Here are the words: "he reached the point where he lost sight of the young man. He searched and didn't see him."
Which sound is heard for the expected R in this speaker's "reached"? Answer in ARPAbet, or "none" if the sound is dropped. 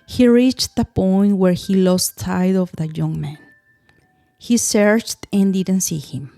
R